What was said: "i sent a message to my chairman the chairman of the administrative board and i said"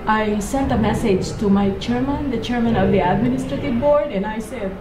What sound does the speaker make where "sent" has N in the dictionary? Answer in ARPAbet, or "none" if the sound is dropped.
N